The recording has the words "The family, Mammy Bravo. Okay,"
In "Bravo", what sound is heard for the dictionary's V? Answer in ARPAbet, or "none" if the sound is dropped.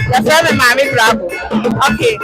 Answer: B